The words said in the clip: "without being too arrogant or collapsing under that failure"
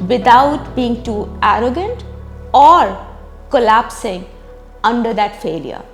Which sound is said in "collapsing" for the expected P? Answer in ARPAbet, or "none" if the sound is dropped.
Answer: P